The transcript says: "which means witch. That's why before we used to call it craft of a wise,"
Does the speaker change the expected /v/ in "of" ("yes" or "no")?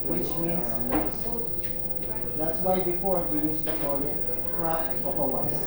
yes